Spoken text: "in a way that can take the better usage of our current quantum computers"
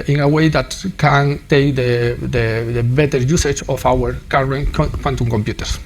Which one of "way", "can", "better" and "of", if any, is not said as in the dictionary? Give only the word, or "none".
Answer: of